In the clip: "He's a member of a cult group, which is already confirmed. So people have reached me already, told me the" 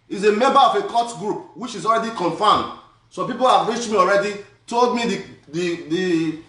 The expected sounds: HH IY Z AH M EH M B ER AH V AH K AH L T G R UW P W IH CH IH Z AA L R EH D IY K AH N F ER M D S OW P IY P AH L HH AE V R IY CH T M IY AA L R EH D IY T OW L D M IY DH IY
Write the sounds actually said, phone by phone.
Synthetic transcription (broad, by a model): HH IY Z AH M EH M B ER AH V AH K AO T G R UW P W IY CH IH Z AA L R EH D IY K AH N F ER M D S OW P IY P AH L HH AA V R IY CH T M IY AA L R EH D IY T OW L D M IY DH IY